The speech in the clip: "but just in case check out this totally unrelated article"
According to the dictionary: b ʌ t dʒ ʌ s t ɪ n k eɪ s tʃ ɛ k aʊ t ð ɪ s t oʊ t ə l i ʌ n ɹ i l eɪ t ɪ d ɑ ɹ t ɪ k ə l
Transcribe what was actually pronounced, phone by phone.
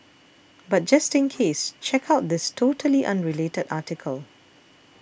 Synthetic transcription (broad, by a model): b ʌ t dʒ ʌ s t ɪ n k eɪ s tʃ ɛ k aʊ t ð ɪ s t oʊ t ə l i ʌ n ɹ i l eɪ t ɪ d ɑ t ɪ k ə l